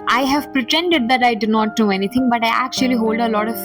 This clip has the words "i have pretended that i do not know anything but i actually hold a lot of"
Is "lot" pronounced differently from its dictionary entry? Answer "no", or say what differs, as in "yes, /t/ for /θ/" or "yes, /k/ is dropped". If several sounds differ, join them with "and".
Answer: no